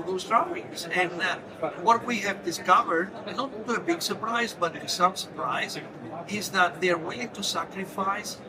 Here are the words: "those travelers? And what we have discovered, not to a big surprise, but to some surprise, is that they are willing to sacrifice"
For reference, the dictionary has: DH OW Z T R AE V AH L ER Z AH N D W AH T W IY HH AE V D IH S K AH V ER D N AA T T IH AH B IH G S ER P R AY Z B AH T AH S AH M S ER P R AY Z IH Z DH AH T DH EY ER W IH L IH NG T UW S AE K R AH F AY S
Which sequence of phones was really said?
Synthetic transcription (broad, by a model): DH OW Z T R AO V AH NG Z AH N W AH T W IY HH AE V D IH S K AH V ER D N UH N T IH AH B IH G S ER P R AY Z B AH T S AH M S ER P R AY Z IH Z DH AH T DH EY ER W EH IH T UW S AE K R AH F AY S